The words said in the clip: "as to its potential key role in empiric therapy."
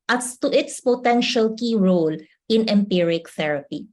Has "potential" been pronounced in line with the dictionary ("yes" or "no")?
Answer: yes